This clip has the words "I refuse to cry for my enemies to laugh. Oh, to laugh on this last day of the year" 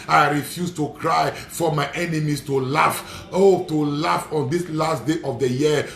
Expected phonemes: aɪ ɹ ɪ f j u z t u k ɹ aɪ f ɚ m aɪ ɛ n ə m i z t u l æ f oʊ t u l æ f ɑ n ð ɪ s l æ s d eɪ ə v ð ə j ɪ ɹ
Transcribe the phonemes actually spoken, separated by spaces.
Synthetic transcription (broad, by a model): aɪ ɹ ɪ f j u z t u k ɹ aɪ f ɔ m aɪ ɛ n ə m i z t u l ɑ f oʊ t u l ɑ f ɑ n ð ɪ s l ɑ s d eɪ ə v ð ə j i